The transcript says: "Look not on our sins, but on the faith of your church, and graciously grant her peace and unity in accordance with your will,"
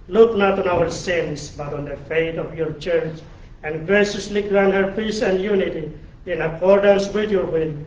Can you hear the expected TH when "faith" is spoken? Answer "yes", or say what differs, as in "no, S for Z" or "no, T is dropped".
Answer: no, T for TH